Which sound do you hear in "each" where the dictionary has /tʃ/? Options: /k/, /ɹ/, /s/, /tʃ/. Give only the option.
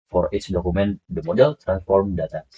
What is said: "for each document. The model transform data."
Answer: /s/